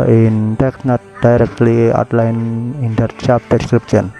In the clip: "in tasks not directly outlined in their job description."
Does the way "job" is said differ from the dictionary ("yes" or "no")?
yes